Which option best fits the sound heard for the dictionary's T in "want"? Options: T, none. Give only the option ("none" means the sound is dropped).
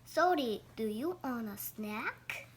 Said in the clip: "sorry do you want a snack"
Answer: none